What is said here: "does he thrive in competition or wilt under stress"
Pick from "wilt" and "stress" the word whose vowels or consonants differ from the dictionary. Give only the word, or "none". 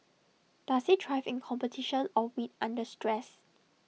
wilt